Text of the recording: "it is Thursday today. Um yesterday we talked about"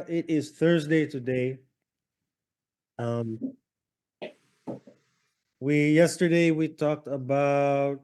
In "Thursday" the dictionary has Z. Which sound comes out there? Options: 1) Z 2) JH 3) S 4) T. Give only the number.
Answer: 1